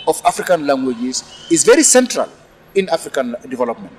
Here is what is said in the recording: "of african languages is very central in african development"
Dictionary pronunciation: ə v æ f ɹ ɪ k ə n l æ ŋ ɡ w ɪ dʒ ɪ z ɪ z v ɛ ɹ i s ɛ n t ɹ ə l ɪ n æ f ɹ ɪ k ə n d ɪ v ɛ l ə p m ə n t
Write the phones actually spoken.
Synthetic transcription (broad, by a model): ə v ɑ f ɹ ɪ k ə n l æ ŋ ɡ w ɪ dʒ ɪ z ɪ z v ɛ ɹ i s ɛ n t ɹ ə l ɪ n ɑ f ɹ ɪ k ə n d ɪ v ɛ l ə p m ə n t